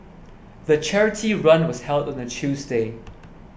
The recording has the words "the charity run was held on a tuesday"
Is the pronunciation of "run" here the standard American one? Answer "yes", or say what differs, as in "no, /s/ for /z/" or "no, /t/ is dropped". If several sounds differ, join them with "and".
yes